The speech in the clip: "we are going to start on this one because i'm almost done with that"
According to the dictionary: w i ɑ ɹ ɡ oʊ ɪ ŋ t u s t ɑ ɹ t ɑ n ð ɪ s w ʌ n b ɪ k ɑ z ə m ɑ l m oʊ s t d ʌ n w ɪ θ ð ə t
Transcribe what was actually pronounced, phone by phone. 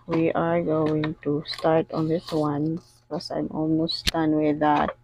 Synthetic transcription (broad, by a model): w i ɑ ɹ ɡ oʊ ɪ ŋ t u s t ɑ ɹ t ɑ n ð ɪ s w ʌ n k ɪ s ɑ ə m ɑ l m oʊ s t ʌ n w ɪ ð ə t